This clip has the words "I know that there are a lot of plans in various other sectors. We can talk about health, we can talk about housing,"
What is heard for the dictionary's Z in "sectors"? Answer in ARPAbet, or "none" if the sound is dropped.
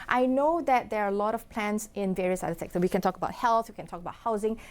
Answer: none